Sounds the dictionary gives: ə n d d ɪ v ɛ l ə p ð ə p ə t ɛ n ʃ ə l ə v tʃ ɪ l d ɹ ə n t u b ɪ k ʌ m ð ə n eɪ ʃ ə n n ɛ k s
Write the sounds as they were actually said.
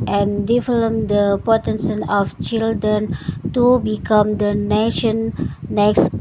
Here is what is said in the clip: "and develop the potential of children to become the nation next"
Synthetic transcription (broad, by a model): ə n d d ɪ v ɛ l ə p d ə p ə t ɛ n s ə n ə f tʃ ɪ l d ɹ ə n t u b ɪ k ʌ m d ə n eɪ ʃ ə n n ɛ k s